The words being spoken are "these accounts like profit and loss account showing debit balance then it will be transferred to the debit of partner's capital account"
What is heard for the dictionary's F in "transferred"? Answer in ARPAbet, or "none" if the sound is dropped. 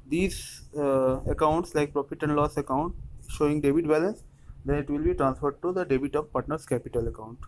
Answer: F